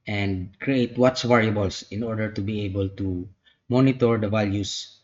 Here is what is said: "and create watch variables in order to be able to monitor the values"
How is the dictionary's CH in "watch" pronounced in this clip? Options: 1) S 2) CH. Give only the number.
1